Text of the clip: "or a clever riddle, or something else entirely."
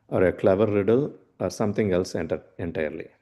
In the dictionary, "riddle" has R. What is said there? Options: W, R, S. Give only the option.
R